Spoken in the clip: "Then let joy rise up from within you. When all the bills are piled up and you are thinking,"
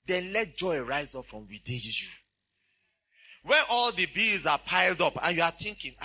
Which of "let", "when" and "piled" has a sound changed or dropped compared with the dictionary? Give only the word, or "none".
none